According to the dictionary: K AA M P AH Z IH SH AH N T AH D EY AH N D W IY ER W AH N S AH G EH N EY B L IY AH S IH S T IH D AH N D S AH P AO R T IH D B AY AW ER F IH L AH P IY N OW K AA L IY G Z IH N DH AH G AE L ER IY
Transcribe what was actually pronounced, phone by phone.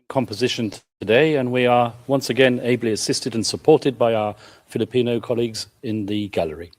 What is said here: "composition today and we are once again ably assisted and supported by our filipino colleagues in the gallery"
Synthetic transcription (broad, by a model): K AA M P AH Z IH SH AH N T AH D EY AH N W IY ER W AH N S AH G EH N EY B L IY AH S IH S T IH D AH N S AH P AO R T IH D B AY AW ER F IH L AH P IY N OW K AA L IY G Z IH N DH AH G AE L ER IY